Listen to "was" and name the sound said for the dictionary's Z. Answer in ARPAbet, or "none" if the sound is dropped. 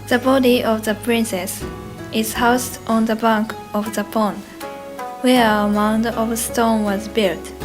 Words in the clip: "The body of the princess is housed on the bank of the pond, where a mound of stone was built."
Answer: Z